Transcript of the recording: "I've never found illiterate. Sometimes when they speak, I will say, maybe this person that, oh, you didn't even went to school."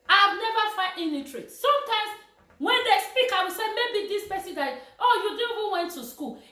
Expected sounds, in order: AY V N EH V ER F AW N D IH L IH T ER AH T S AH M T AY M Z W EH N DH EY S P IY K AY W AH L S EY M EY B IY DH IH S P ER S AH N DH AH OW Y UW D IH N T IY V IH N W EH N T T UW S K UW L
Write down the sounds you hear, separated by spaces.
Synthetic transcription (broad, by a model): AY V N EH V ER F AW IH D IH N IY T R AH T S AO M T AY M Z W EH N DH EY S P IY K AY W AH S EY M EY B IY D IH S P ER S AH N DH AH OW Y UW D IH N IY V IH N W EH N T T UW S K UW L